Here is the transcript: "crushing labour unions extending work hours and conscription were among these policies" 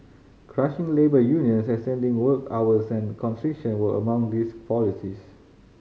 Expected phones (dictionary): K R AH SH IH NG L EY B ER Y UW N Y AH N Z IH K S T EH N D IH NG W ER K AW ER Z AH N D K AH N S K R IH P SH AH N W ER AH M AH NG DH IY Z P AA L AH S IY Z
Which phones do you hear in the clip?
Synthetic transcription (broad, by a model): K R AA SH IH NG L EY B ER Y UW N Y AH N S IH S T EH N D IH NG W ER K AW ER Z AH N K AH N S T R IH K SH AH N W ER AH M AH NG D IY S P AA L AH S IY S